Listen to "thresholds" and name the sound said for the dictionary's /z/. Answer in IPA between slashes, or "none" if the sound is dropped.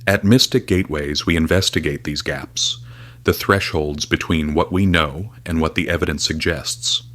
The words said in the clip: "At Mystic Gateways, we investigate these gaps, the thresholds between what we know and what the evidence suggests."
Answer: /z/